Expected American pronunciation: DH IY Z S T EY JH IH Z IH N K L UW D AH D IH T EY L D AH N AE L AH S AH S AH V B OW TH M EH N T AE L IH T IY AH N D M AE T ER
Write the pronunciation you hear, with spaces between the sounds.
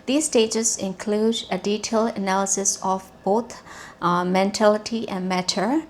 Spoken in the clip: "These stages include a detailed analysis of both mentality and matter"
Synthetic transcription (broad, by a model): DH IY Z S T EY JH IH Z IH N K L UW D AH D IH T EY L D AH N AE L AH S AH S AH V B OW T M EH N T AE L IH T IY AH N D M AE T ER